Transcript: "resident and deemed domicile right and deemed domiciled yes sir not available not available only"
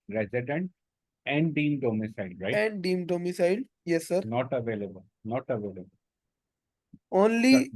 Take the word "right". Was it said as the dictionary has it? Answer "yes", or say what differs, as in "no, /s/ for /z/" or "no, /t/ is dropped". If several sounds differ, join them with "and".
no, /t/ is dropped